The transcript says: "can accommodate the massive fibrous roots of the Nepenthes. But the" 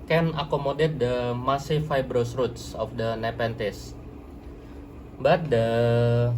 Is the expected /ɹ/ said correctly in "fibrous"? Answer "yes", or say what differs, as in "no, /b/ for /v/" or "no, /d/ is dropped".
yes